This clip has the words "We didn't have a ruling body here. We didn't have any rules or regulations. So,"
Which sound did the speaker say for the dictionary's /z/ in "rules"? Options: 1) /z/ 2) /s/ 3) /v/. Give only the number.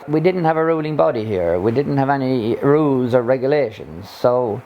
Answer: 1